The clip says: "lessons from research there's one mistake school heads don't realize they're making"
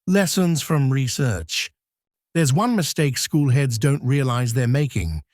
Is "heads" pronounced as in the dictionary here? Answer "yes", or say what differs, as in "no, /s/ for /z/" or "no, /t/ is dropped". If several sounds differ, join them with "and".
yes